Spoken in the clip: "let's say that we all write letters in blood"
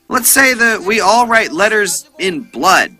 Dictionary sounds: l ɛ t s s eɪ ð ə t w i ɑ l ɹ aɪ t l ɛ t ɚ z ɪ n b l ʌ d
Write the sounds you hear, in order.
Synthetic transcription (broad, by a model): l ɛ t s s eɪ ð ə t w i ɑ l ɹ aɪ t l ɛ t ɚ z ɪ n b l ʌ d